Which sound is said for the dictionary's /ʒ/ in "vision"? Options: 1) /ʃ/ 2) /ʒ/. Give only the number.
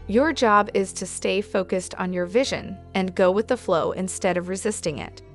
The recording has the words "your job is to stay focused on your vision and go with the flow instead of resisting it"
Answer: 2